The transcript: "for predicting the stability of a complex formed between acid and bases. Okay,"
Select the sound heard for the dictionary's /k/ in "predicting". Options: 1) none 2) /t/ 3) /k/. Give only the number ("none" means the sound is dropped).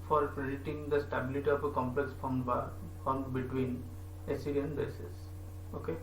1